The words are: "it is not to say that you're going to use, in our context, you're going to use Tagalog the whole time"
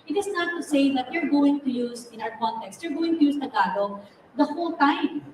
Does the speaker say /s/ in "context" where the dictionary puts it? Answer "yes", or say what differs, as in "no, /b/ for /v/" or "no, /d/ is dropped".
yes